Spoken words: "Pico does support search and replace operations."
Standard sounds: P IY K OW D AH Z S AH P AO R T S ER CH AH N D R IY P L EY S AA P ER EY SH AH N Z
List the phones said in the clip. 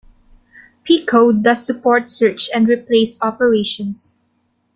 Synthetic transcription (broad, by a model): P IY K OW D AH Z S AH P AO R T S ER CH AH N D R IY P L EY S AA P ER EY SH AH N S